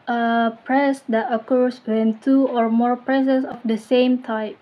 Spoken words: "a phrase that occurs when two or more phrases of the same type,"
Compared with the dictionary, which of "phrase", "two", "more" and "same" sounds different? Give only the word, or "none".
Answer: phrase